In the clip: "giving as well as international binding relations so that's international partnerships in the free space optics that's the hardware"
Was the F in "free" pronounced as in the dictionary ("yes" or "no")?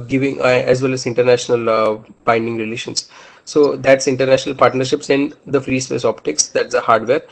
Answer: yes